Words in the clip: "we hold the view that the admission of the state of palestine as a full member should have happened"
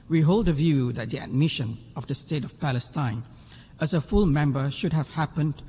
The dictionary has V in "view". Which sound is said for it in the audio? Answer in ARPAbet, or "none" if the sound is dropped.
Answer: V